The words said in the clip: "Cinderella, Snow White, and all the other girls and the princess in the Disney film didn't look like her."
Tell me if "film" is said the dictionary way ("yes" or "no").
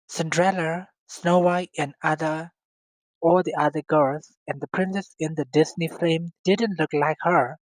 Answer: no